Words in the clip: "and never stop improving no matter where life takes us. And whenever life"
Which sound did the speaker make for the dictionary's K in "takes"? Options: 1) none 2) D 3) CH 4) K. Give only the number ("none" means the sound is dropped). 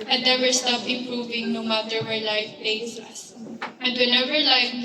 1